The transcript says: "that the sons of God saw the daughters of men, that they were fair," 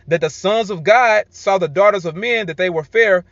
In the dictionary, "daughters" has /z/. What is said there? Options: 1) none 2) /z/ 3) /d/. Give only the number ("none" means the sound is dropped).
2